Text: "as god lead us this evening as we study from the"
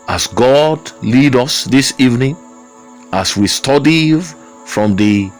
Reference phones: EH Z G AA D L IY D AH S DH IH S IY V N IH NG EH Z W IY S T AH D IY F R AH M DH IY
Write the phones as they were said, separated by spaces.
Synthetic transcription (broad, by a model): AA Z G AA D L IY D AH S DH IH S IY V N IH NG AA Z W IY S T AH D IY F R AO M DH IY